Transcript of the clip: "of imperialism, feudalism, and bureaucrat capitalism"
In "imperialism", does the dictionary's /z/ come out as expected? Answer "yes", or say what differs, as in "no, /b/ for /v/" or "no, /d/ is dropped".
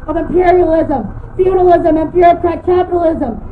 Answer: yes